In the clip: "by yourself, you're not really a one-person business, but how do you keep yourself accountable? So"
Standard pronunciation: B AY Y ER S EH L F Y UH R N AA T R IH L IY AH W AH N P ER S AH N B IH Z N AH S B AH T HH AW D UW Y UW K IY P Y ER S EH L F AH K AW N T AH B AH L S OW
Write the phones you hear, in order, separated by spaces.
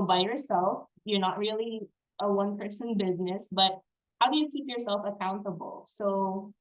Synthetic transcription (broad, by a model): B AY Y ER S EH L F Y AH R N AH T R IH L IY AH W AH N P ER S AH N B IH Z N AH S B AH T HH AW D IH Y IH K IY P Y ER S EH L F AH K AW N T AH B L S OW